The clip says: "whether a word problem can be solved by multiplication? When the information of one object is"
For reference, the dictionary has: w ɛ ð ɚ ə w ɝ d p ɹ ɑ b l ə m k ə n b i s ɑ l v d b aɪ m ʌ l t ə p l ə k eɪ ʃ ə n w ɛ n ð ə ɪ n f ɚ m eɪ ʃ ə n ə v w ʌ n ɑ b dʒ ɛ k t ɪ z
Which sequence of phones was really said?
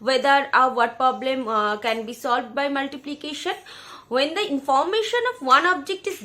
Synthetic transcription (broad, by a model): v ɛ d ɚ ə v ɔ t p ɹ ɑ b l ə m k ə n b i s ɑ l v d b aɪ m ʌ l t ə p l ə k eɪ ʃ ə n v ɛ n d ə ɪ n f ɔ m eɪ ʃ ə n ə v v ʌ n ɑ b dʒ ɛ k t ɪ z